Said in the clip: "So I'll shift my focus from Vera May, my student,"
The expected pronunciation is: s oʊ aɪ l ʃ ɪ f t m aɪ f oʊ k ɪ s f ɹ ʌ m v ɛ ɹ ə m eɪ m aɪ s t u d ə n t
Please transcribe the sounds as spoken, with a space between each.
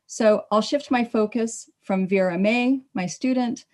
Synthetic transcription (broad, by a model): s oʊ aɪ l ʃ ɪ f t m aɪ f oʊ k ɪ s f ɹ ʌ m v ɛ ɹ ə m eɪ m aɪ s t u d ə n t